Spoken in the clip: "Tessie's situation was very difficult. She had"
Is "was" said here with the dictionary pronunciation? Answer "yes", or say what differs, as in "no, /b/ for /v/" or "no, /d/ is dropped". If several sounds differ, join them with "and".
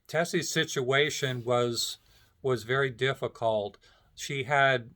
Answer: yes